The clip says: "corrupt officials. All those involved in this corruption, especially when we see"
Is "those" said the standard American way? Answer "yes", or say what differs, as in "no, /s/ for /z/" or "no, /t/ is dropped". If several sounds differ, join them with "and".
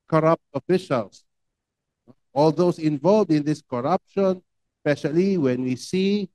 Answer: no, /s/ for /z/